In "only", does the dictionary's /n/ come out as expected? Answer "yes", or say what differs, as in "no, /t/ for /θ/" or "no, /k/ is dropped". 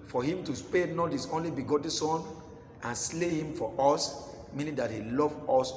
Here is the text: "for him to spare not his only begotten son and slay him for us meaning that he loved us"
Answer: yes